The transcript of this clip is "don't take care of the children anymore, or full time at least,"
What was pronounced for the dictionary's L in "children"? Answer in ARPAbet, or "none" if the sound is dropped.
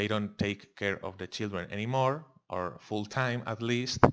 L